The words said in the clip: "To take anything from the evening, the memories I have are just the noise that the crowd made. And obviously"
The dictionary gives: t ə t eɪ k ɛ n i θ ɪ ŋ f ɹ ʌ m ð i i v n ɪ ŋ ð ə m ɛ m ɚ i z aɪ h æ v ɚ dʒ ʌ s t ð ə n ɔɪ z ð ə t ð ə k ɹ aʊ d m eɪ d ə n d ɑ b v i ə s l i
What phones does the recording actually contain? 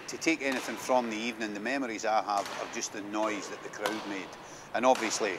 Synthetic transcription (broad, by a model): t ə t eɪ k ɛ n i θ ɪ ŋ f ɹ ʌ m ð i i v n ɪ ŋ ð ə m ɛ m ɚ i z aɪ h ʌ v ɚ dʒ ʌ s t ð ə n ɔɪ z ð ə t ð ə k ɹ aʊ d m eɪ d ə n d ɑ b v i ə s l i